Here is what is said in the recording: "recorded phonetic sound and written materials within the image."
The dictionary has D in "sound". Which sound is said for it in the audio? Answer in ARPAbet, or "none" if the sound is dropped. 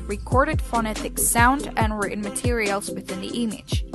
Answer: D